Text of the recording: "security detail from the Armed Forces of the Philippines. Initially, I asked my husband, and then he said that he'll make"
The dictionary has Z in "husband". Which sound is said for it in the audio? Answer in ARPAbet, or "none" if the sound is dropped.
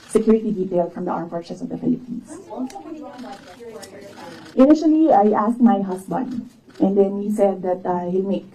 S